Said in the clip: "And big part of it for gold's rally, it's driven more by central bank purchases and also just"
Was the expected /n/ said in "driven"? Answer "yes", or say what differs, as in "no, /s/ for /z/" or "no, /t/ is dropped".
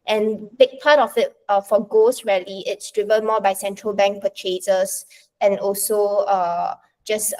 no, /l/ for /n/